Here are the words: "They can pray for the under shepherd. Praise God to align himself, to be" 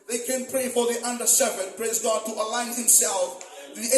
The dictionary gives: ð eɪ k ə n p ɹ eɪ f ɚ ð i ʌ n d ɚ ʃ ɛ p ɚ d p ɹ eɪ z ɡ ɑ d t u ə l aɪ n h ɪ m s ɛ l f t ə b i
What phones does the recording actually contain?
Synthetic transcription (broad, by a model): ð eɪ k ə n p ɹ eɪ f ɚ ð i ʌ n d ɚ s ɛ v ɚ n p ɹ eɪ z ɡ ɑ d t u ə l aɪ n h ɪ m s ɛ l f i